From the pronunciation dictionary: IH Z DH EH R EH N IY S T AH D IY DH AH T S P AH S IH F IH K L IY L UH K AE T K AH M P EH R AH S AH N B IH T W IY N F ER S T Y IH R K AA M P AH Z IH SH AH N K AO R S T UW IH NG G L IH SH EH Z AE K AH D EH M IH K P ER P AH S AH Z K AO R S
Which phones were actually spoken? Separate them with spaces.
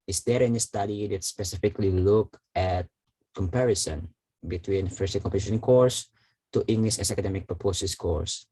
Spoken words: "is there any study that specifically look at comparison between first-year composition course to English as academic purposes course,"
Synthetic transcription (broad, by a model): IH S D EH R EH N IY S T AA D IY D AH T S P AH S IH F IH K L IY L UH K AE T K AH M P EH R AH S AH N B IH T W IY N F ER S T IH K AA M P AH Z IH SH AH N K AO R S T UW IH NG G L IH SH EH S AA K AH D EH M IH K P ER P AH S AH S K AO R S